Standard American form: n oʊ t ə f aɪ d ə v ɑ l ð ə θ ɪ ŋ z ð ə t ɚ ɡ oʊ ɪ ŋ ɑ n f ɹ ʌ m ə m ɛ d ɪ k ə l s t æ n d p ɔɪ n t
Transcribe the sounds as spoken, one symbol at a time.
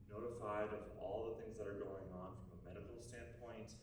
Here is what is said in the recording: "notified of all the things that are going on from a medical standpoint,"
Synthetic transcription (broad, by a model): n oʊ t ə f aɪ d ə v ɑ l ð ə θ ɪ ŋ z ð ə t ɚ ɡ oʊ ɪ ŋ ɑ n f ɹ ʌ m ə m ɛ d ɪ k l s t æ n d p ɔɪ n t